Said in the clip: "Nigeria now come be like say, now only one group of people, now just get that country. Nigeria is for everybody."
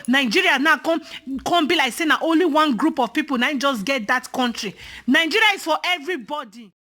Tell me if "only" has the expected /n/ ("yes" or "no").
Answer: yes